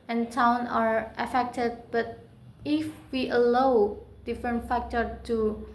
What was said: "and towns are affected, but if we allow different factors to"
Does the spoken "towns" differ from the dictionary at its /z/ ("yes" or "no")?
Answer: yes